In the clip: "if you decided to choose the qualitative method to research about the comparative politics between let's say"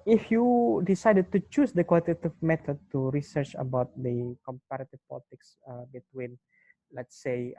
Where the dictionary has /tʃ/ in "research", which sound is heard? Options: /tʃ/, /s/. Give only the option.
/tʃ/